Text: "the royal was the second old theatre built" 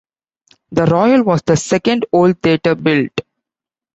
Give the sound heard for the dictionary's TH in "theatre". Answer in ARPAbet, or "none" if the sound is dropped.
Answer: T